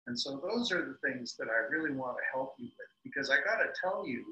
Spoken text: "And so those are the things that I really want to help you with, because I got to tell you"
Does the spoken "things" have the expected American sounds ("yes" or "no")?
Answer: yes